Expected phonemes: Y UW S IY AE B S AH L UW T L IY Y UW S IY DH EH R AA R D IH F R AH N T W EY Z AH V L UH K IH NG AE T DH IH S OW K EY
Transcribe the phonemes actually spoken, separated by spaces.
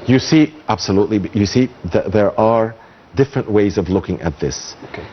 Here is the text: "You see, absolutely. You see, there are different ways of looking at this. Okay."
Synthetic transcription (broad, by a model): Y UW S IY AE B S AH L UW T L IY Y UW S IY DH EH R AA R D IH F R AH N T W EY Z AH V L UH K IH NG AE T DH IH S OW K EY